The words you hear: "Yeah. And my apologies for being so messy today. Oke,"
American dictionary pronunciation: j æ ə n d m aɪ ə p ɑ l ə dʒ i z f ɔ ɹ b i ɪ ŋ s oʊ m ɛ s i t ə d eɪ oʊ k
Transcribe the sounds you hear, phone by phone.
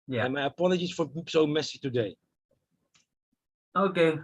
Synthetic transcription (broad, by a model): j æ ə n m aɪ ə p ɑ n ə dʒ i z f ɔ ɹ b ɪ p s oʊ m ɛ s i t ə d eɪ oʊ k